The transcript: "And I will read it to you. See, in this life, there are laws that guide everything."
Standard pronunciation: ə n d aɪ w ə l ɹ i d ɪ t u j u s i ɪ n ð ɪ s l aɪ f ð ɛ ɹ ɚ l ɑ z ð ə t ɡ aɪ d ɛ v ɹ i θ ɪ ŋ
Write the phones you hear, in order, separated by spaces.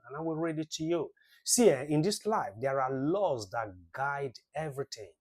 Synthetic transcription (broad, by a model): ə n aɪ w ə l ɹ i d ɪ t u j u s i ɪ n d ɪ s l aɪ f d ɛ ɹ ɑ l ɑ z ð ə t ɡ aɪ d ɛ v ɹ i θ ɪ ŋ